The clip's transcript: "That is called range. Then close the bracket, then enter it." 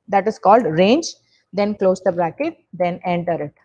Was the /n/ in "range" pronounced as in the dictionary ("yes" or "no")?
yes